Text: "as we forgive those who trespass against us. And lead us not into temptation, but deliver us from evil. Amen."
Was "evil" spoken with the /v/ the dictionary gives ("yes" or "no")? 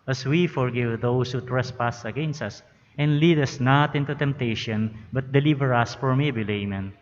no